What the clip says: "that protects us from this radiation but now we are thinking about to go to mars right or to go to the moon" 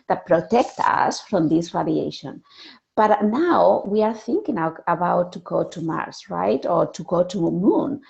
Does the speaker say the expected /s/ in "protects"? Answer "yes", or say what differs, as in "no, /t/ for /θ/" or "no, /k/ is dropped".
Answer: no, /s/ is dropped